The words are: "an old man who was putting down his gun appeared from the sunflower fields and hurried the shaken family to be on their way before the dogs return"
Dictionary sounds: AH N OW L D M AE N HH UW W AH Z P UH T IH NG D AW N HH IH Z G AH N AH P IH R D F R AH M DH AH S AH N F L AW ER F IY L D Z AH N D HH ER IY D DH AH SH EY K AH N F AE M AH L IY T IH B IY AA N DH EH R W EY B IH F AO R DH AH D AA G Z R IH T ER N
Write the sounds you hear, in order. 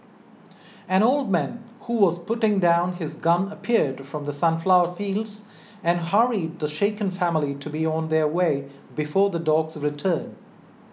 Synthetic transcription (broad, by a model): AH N OW L D M AE N HH UW W AH Z P UH T IH NG D AW N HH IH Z G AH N AH P IH R D F R AH M DH AH S AH N F L AW ER F IY L D Z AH N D HH ER IY D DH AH SH EY K AH N F AE M AH L IY T IH B IY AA N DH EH R W EY B IH F AO R DH AH D AA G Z R IH T ER N